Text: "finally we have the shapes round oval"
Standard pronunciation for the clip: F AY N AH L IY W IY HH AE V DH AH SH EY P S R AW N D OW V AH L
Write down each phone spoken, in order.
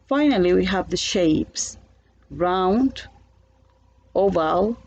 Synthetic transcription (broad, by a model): F AY N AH L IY W IY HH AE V DH AH SH EY P S R AW N D OW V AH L